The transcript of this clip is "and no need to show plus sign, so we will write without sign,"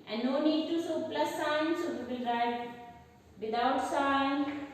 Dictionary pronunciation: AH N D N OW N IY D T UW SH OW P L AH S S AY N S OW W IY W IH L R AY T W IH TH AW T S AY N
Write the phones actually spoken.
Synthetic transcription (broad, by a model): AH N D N OW N IY D T UW S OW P L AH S S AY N S OW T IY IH L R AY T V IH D AW T S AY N